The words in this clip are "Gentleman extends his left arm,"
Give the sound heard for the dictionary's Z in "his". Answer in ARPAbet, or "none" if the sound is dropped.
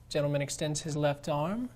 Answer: Z